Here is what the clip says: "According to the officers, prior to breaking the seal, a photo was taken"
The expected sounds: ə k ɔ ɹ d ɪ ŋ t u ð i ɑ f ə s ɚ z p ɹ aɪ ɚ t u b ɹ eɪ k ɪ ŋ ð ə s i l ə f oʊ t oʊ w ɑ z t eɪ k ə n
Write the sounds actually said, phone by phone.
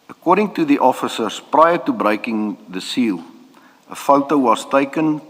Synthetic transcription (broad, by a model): ə k ɔ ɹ d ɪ ŋ t u ð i ɑ f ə s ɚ s p ɹ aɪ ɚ t u b ɹ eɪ k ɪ ŋ ð ə s i l ə f oʊ t oʊ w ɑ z t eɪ k ə n